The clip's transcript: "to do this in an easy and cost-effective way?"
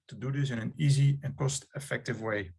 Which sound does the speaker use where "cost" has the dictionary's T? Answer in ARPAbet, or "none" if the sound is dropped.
T